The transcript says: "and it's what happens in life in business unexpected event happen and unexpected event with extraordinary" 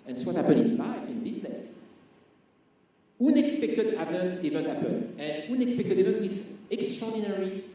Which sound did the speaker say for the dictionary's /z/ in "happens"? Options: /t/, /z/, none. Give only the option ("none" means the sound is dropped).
none